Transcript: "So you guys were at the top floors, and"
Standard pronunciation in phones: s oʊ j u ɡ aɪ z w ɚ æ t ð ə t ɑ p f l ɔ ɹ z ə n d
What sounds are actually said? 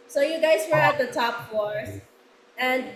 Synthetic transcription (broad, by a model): s oʊ j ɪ ɡ aɪ z w ɚ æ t ð ə t ɑ p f ɔ ɹ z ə n